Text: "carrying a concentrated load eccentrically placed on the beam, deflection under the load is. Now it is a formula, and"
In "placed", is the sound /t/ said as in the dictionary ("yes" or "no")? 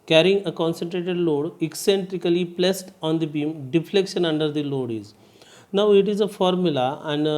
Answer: yes